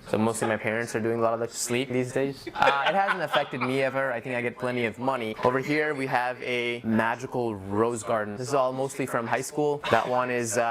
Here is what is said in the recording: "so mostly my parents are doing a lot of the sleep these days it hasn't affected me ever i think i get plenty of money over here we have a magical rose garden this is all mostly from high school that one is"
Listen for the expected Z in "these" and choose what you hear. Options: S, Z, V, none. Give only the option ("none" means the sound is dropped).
Z